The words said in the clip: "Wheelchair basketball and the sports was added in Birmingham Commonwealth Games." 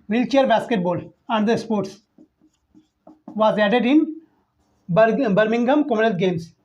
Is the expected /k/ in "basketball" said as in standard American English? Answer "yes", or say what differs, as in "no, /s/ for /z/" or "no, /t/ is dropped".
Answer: yes